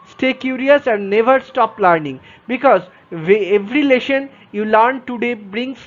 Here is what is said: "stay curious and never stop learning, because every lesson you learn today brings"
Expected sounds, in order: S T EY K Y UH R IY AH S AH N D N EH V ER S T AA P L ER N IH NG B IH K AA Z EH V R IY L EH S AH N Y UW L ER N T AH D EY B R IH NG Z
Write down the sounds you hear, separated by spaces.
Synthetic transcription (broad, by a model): S T EY K Y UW R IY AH S AH N D N EH V ER S T AA P L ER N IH NG B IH K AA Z EH V R IY L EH SH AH N Y UW L ER N T AH D EY B R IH NG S